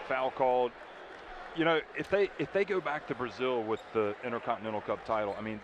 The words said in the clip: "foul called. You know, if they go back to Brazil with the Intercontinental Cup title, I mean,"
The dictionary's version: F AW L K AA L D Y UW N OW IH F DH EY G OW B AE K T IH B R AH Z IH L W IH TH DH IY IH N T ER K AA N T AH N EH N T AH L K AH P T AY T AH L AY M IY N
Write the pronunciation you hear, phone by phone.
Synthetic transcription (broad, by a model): F AW L K AA L D Y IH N OW IH F DH EY G OW B AE K T IH B R AH Z IH L W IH DH IY IH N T ER K AA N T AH N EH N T L K AH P T AY T L AY M IY N